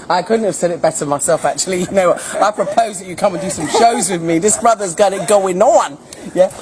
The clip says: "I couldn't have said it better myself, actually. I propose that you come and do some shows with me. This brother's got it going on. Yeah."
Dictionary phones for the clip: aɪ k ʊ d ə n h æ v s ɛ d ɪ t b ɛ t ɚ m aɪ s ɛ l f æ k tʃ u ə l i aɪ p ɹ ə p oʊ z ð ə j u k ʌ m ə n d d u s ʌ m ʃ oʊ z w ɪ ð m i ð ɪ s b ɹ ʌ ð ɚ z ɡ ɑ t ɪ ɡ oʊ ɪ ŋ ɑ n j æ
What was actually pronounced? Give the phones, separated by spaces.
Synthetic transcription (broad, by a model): aɪ k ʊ d n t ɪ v s ɛ d ɪ t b ɛ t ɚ m aɪ s ɛ l f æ k tʃ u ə n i aɪ p ɹ ə p oʊ z ð ə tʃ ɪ k ʌ m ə n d d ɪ s ʌ m ʃ oʊ z w ɪ ð m i ð ɪ s b ɹ ʌ ð ɚ z ɡ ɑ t ɪ ɡ oʊ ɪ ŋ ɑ n j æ